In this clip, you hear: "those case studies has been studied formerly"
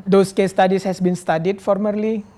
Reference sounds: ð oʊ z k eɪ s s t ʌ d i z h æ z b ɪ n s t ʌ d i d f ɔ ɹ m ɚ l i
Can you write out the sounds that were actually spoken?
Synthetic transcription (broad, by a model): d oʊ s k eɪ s s t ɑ d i s h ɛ s b ɪ n s t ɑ d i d f ɔ ɹ m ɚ l i